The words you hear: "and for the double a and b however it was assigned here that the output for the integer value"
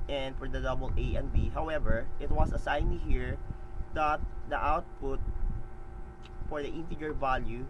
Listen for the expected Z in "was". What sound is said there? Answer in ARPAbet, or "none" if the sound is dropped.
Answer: S